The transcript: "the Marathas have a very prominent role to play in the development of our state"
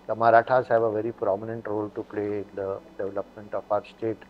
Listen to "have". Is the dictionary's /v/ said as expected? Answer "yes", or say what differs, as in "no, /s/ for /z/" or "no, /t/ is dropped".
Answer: no, /b/ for /v/